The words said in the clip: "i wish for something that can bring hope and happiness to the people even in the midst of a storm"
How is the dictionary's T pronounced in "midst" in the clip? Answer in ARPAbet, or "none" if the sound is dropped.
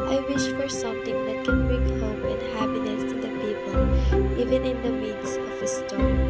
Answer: none